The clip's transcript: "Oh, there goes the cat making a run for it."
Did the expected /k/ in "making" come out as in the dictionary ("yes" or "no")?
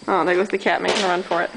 no